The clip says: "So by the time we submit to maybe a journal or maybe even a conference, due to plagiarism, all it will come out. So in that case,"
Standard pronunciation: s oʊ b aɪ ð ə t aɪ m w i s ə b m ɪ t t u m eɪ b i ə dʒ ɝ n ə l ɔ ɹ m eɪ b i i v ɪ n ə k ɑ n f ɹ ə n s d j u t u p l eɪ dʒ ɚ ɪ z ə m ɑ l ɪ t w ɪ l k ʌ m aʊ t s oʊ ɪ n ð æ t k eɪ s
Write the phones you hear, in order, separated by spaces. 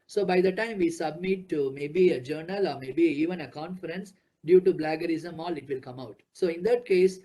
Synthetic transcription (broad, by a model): s oʊ b aɪ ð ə t aɪ m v i s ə b m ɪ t t u m eɪ b i ə dʒ ɝ n ə l ɔ ɹ m eɪ b i i v ɪ n ə k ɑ n f ɹ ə n s d j u t u b l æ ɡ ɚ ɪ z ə m ɑ l ɪ t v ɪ l k ʌ m aʊ t s oʊ ɪ n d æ t k eɪ s